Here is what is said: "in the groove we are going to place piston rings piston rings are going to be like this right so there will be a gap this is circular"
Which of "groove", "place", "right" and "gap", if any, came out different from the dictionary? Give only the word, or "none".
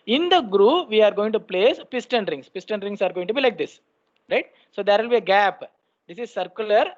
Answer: none